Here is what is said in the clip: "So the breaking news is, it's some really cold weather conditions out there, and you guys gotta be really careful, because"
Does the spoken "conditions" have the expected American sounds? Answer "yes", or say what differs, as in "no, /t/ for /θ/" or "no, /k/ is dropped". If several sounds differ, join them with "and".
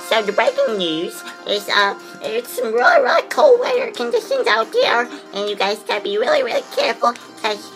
yes